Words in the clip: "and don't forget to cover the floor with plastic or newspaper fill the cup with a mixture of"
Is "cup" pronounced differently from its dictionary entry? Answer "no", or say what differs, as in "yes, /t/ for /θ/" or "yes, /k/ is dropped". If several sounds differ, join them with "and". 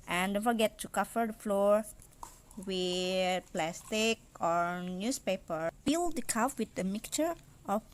yes, /f/ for /p/